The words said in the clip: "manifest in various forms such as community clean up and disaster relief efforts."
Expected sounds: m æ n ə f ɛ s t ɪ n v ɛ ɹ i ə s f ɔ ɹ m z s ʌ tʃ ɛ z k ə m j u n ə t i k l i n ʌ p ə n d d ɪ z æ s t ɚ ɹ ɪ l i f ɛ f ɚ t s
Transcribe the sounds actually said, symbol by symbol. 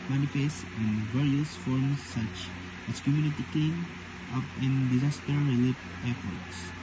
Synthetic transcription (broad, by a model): m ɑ n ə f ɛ s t ɪ n v ɛ ɹ i ə s f ɔ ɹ m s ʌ tʃ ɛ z k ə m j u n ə t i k i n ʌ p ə n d d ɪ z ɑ s t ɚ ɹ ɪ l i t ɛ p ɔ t s